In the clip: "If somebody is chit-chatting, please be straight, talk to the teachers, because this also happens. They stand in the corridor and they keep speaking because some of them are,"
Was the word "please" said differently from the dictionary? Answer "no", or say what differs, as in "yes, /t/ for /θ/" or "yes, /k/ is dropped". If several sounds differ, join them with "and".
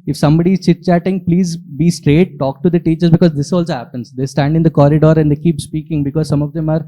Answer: no